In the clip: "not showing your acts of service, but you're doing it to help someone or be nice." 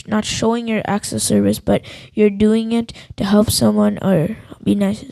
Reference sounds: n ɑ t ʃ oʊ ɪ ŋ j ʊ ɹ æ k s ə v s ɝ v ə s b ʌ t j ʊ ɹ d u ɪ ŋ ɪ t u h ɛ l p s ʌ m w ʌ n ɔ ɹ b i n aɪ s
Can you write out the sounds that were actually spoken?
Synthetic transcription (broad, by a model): n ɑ t ʃ oʊ ɪ ŋ j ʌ ɹ æ k s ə s ɝ v ə s b ʌ t j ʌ ɹ d u ɪ ŋ ɪ t u h ɛ l p s ʌ m w ʌ n ɔ ɹ b i n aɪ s